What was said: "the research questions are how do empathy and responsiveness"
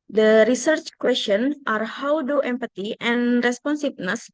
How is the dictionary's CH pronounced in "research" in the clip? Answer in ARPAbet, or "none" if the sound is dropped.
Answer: CH